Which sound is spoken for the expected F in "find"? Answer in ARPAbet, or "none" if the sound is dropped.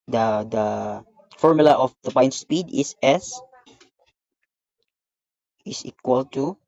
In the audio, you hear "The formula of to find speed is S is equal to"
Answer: P